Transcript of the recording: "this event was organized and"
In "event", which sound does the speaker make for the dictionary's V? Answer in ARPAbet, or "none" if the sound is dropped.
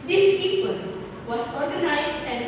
P